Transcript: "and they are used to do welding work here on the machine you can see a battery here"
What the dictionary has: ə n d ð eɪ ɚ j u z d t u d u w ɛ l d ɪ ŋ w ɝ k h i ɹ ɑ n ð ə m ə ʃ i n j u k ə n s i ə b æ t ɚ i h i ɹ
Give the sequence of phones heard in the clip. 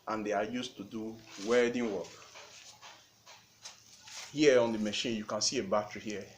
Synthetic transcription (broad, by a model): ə n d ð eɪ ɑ j u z t u d u w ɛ d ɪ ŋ w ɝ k h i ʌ ɑ n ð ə m ə ʃ i n j u k ə n s i ə b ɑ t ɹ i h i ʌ